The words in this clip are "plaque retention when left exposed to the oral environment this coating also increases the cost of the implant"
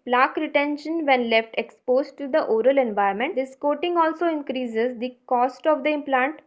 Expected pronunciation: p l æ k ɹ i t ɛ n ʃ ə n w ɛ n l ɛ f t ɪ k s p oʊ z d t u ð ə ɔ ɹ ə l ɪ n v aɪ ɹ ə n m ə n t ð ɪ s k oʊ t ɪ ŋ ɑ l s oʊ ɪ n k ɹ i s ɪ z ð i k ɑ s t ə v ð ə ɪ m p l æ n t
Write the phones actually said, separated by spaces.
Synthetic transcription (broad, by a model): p l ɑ k ɹ i t ɛ n ʃ ə n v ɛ n l ɛ f t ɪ k s p oʊ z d t u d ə ɔ ɹ ə l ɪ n v aɪ ə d m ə n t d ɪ s k oʊ t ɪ ŋ ɑ l s oʊ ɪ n k ɹ i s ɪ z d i k ɑ s t ə v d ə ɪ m p l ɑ n t